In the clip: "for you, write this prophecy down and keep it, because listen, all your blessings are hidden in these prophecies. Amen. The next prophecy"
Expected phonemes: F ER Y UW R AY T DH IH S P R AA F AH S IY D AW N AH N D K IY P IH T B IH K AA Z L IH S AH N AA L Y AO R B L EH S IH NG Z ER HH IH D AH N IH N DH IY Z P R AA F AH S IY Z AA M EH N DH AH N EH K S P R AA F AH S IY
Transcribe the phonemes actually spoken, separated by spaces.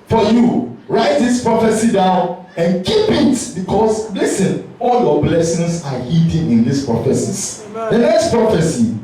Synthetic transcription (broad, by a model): F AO Y UW R AY T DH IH S P R AA F AH S IY D AW N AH N K IY P IH T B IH K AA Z L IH S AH N AA L Y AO B L EH S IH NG S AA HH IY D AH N IH N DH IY S P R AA F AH S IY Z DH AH N EH K S P R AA F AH S IY